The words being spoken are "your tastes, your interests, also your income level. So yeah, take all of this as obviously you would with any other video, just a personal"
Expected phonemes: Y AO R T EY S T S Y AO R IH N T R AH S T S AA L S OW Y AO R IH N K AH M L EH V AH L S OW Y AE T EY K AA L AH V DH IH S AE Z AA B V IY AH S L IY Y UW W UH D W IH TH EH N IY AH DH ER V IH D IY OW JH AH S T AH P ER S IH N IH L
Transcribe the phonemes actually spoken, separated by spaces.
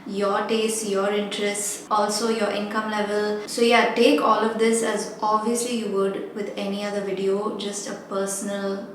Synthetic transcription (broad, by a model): Y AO R T EY S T Y AO R IH N T R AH S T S AA L S OW Y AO R IH N K AH M L EH V AH L S OW Y AE T EY K AA L AH V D IH S AE Z AA B V IY AH S L IY Y UW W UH D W IH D EH N IY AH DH ER V IH D IY OW JH AH S T AH P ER S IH N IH L